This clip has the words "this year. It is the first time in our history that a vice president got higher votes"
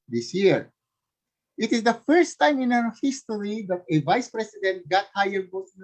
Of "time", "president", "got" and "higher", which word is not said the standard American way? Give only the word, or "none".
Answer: president